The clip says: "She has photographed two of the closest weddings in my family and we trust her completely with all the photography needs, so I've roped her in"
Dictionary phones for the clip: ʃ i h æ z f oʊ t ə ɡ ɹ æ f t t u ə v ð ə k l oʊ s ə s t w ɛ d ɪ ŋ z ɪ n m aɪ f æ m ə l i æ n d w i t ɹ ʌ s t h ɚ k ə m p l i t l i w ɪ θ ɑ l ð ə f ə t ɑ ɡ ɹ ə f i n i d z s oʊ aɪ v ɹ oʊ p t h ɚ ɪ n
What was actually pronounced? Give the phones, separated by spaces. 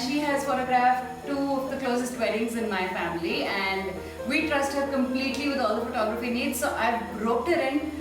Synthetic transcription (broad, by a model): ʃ i h æ z f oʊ t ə ɡ ɹ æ f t t u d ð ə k l oʊ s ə s t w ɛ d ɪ ŋ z ɪ n m aɪ f æ m ə l i æ n d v i t ɹ ʌ s t h ɚ k ə m p l i t l i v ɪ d ɑ l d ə f ə t ɑ ɡ ɹ ə f i n i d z s oʊ aɪ b ɹ oʊ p t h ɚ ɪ n